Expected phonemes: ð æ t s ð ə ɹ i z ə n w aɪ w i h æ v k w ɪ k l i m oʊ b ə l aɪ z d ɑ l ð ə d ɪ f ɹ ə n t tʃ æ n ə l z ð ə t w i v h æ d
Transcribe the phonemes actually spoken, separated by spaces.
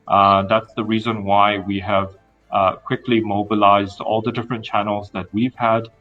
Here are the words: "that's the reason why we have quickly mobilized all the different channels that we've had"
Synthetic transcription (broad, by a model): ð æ t s ð ə ɹ i z ə n w aɪ w i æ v k w ɪ k l i m oʊ b ə l aɪ z d ɑ l ð ə d ɪ f ɹ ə n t tʃ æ n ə l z ð ə t w i v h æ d